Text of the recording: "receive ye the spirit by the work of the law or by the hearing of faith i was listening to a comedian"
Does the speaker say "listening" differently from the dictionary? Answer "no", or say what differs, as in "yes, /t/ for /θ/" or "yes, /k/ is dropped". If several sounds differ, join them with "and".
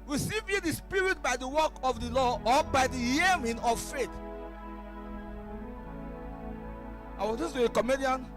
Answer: yes, /n/ is dropped